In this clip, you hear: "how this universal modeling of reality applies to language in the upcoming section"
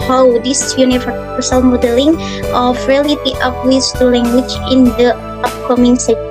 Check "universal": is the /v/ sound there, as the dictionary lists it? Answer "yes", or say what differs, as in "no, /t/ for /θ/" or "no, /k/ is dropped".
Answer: no, /f/ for /v/